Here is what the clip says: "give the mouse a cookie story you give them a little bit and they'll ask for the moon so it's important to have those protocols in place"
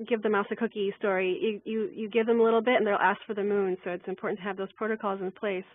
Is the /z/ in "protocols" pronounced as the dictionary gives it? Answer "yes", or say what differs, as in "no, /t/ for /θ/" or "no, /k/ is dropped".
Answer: yes